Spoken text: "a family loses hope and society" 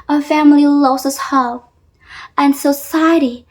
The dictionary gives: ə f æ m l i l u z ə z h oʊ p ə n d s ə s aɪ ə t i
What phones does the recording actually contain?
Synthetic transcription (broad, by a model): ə f æ m l i l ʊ s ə s h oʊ ə n s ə s aɪ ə t i